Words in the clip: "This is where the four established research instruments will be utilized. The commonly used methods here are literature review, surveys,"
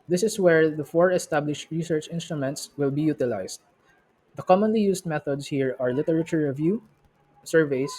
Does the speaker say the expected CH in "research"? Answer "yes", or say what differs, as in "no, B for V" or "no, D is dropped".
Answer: yes